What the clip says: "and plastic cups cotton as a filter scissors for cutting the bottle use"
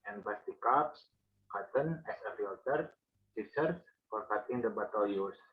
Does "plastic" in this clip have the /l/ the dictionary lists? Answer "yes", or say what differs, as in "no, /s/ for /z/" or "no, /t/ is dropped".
no, /l/ is dropped